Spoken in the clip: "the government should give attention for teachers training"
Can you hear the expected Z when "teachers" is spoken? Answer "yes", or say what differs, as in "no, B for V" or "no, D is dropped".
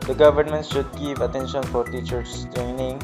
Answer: no, Z is dropped